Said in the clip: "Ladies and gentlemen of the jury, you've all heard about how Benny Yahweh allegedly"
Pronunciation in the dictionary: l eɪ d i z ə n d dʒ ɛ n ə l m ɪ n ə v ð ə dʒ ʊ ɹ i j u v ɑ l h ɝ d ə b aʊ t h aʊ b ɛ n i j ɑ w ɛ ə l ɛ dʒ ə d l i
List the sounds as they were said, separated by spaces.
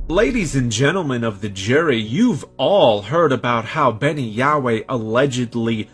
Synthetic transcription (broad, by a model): l eɪ d i z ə n dʒ ɛ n l m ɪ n ə v ð ə dʒ ʊ ɹ i j u v ɑ l h ɝ d ə b aʊ t h aʊ b ɛ n i j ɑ w ɛ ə l ɛ dʒ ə d l i